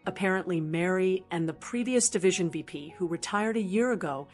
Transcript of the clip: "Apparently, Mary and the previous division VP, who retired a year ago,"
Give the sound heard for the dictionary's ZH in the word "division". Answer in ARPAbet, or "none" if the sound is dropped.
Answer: ZH